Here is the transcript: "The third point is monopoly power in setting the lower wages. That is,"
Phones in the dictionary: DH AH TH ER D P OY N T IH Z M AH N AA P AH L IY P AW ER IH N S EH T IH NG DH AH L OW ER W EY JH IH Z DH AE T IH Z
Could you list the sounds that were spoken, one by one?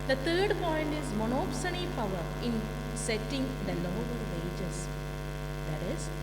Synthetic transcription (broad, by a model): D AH T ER D P OY N T IH Z M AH N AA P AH N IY P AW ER IH N S EH T IH NG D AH L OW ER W EY JH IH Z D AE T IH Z